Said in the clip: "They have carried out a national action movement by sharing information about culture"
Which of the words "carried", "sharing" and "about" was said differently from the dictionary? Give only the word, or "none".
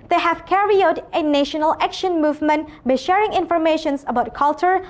carried